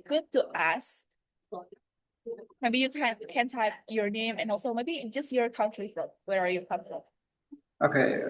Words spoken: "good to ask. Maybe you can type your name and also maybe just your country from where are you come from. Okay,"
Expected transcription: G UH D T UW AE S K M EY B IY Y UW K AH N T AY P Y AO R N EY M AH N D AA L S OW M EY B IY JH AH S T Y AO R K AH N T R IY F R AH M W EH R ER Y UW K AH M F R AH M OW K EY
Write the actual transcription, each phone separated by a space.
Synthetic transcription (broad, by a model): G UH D T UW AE S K M EY B IY Y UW K AH N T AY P Y AO R N EY M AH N AA L S OW M EY B IY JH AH S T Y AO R K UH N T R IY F R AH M W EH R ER Y UW K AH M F R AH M OW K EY